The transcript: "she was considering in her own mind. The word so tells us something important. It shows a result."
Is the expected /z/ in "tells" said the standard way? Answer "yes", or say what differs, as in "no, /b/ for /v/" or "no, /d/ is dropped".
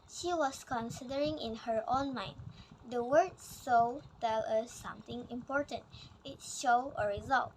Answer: no, /z/ is dropped